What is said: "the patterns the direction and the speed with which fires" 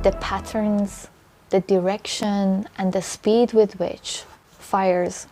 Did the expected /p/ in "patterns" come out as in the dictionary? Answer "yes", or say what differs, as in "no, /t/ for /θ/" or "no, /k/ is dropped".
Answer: yes